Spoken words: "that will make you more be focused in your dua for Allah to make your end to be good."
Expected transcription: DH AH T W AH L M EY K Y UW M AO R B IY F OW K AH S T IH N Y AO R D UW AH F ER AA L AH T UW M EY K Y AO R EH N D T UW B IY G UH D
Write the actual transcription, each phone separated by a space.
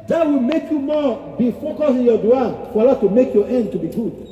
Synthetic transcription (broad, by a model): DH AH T W AH L M EY K Y UW M AO B IY F OW K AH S IH N Y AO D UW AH F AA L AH T UW M EY K Y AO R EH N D T UW B IY G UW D